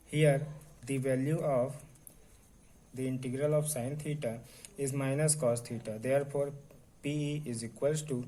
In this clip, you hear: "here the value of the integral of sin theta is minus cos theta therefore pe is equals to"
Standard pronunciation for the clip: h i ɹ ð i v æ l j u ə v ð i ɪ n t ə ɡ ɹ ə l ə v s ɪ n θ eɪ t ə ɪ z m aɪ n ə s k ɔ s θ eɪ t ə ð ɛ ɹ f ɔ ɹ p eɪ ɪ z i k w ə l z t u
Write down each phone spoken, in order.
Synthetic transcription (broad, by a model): h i ɹ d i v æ l j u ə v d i ɪ n t ə ɡ ɹ ə l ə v s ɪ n t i t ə ɪ z m aɪ n ə s k ɔ s t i t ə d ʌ ɹ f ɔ ɹ p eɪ ɪ z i k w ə l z t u